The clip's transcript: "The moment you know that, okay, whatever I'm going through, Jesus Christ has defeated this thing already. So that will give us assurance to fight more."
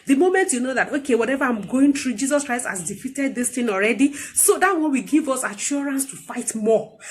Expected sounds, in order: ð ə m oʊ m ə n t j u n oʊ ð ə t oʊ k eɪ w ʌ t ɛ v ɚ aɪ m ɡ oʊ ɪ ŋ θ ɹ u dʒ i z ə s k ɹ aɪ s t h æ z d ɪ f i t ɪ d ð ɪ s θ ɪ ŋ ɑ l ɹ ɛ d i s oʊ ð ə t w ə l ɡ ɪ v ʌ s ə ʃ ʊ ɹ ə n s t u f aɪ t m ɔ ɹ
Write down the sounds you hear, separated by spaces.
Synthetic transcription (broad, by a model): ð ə m oʊ m ə n t j u n oʊ ð ə t oʊ k eɪ w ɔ t ɛ v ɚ aɪ m ɡ oʊ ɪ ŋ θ ɹ u dʒ i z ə s k ɹ aɪ s t h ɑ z d ɪ f i t ɪ d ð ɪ s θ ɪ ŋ ɑ l ɹ ɛ d i s oʊ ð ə t w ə w ɡ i v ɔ s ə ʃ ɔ ɹ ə n s t u f aɪ t m ɔ